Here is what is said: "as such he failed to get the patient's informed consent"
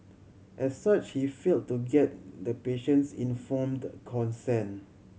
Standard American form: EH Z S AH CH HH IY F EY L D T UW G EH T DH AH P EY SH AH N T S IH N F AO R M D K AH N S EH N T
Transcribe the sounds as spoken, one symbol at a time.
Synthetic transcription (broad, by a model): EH S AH CH HH IY F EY L T UW G EH T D AH P EY SH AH N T S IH N F AO M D K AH N S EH N